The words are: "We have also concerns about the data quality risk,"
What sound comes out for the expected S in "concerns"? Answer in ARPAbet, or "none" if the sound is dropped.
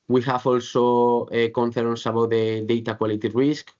TH